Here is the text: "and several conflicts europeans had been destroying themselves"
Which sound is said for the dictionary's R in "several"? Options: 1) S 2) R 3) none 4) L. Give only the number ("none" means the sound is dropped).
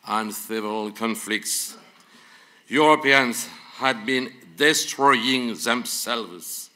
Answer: 3